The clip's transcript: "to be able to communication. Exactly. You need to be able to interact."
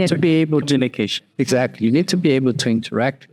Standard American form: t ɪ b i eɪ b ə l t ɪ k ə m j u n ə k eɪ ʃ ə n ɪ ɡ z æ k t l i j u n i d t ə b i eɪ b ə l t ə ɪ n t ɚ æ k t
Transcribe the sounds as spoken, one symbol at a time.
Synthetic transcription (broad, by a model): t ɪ b i eɪ b ə l t ɪ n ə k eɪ ə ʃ ɪ ɡ z æ k t l i j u n i d t ə b i eɪ b ə l t ə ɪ n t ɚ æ k t